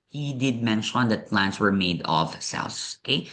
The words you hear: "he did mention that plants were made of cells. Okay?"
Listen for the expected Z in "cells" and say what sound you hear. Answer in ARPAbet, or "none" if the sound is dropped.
S